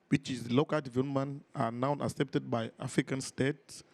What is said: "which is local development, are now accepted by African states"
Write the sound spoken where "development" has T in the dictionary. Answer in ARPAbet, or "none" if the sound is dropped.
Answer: none